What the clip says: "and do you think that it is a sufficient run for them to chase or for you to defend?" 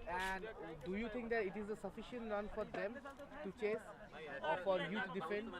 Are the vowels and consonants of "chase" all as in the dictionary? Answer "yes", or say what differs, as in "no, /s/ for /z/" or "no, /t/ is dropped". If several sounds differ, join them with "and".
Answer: yes